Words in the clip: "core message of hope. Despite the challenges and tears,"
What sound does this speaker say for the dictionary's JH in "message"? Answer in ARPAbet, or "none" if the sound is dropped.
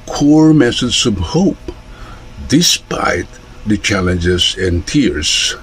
Z